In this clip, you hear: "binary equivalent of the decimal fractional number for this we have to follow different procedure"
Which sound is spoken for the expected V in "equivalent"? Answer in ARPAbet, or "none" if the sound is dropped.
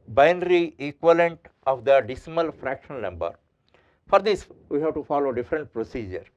none